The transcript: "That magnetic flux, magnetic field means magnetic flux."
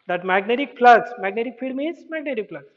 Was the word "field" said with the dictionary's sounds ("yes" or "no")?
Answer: no